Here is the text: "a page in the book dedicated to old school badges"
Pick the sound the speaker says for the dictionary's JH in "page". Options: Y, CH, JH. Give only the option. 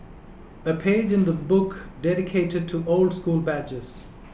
JH